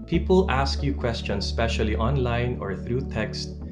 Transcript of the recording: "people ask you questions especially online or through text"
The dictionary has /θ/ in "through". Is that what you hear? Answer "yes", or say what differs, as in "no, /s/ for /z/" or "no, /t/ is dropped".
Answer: yes